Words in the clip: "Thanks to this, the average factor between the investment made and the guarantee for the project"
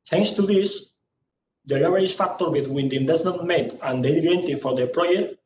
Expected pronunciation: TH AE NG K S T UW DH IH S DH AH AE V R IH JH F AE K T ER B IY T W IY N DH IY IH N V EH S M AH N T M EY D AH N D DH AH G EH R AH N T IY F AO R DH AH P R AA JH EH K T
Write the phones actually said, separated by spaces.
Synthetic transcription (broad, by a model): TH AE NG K S T UW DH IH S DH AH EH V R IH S F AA K T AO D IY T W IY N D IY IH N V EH S M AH N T M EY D AH N D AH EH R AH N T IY F AO R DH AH P R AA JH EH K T